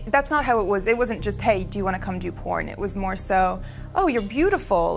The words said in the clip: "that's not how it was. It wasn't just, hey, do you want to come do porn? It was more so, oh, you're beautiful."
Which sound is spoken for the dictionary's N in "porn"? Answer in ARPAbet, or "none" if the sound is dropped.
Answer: N